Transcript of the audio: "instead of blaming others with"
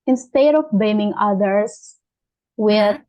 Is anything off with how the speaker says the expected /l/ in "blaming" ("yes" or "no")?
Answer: yes